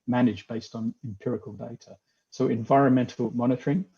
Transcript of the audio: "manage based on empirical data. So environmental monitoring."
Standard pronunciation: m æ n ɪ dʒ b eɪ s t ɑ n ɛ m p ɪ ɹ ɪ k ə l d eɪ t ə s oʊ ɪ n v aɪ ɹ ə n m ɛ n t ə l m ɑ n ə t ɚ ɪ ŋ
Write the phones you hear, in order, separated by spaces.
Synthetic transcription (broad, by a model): m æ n ɪ dʒ b eɪ s t n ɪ m p ɪ ɹ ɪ k ə l d eɪ t ə s oʊ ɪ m v aɪ ɹ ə n m ɛ n t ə l m ɑ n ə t ɚ ɪ ŋ